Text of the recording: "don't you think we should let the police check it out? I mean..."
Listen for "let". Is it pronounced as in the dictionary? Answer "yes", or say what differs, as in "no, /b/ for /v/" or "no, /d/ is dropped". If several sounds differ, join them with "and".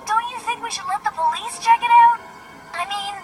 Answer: yes